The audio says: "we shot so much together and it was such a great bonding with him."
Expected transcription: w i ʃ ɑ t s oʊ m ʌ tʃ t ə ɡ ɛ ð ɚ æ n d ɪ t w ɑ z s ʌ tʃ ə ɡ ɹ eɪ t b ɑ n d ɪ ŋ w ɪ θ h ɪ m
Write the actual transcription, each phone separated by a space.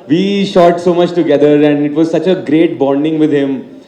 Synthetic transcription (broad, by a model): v i ʃ ɑ t s oʊ m ʌ tʃ t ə ɡ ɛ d ɚ æ n d ɪ t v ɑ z s ʌ tʃ ə ɡ ɹ eɪ t b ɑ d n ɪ ŋ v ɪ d h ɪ m